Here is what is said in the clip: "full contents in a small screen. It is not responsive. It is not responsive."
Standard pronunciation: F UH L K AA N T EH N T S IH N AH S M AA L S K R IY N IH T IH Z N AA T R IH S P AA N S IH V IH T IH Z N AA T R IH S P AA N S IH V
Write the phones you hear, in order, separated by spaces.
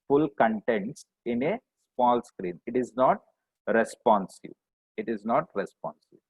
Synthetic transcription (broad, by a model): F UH L K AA N T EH N T S IH N AH S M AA L S K R IY N IH T IH Z N AA T R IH S P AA N S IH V IH T IH Z N AA T R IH S P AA N S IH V